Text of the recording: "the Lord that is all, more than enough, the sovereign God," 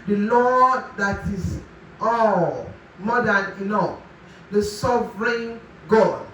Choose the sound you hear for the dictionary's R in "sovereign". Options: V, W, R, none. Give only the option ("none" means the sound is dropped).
R